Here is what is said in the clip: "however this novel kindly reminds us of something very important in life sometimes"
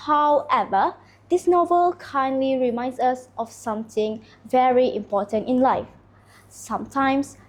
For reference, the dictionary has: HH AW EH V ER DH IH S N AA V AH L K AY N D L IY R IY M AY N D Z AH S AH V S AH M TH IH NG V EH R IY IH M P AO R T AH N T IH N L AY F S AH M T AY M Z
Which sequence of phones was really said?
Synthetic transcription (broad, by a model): HH AW EH V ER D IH S N AA V AH L K AY N D L IY R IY M AY N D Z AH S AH F S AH M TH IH NG V EH R IY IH M P AO T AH N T IH N L AY F S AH M T AY M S